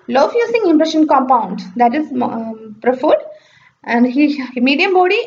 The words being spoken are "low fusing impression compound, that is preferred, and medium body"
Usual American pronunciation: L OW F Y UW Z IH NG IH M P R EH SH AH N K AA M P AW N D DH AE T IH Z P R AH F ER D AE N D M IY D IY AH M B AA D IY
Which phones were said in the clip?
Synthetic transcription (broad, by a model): L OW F Y UW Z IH NG IH M P R EH SH AH N K AA M P AW N D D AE T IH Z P R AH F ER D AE N D M IY D IY AH M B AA D IY